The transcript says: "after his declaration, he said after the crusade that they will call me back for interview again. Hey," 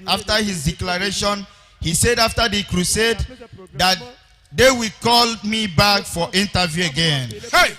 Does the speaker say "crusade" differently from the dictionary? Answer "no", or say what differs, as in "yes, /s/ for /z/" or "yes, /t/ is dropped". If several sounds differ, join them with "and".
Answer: no